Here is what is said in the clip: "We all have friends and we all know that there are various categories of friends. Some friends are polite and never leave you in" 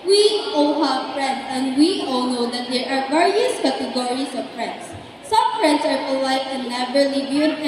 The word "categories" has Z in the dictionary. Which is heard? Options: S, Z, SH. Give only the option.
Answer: S